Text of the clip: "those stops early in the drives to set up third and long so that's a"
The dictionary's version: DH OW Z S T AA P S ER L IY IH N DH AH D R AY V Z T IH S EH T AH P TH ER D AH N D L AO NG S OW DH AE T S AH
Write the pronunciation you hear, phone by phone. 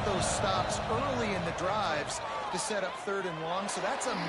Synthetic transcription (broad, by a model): DH OW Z S T AA P S ER L IY IH N DH AH D R AY V Z T IH S EH T AH P TH ER D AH N L AO NG S OW DH AE T S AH